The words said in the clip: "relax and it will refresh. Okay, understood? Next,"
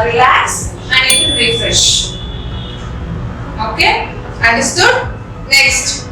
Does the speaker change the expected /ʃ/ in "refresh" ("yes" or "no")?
no